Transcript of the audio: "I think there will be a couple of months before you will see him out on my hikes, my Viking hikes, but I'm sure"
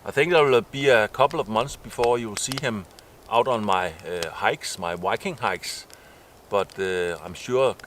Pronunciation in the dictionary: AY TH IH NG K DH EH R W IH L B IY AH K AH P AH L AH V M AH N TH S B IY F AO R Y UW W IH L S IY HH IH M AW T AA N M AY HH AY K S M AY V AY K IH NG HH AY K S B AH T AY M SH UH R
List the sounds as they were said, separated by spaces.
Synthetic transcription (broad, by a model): AY TH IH NG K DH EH W IH L B IY AH K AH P L AH V M AH N TH S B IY F AO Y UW W IH L S IY HH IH M AW T N M AY HH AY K S M AY W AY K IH NG HH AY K S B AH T AY M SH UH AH